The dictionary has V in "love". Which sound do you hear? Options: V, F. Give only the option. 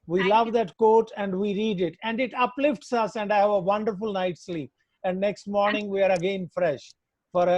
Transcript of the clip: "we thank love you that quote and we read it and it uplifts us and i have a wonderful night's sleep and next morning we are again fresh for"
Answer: V